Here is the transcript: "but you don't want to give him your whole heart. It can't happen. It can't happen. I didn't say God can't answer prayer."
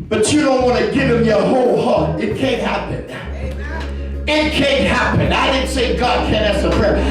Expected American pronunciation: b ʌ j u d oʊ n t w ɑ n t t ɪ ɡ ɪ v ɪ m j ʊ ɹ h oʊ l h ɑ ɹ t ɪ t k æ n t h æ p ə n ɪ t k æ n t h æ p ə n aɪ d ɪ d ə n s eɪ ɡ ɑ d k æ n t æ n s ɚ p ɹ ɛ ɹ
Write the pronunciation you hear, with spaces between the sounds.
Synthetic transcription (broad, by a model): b ʌ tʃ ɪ d oʊ n t w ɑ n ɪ ɡ ɪ v ɪ m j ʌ h oʊ l h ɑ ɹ ɪ t k æ n t h æ p ə n ɪ t k æ n t h æ p ə n aɪ d ɪ d n s eɪ ɡ ɑ d k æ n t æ s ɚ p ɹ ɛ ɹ